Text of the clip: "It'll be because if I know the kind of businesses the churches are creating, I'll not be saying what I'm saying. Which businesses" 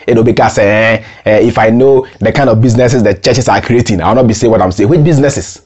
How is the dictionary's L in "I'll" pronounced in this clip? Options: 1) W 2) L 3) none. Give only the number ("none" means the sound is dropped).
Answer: 1